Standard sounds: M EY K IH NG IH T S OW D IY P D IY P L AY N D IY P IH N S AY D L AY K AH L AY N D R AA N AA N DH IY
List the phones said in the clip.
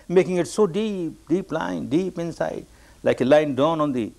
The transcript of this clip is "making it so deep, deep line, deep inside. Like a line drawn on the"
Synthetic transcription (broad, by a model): M EY K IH NG IH T S OW D IY P D IY P L AY N D IY P IH N S AY D L AY K AH L AY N D AA N AA N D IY